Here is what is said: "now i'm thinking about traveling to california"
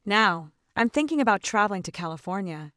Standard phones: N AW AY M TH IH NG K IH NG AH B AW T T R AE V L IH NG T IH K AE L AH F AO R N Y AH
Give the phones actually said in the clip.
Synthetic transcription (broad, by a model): N AW AY M TH IH NG K IH NG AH B AW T T R AE V L IH NG T IH K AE L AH F AO R N Y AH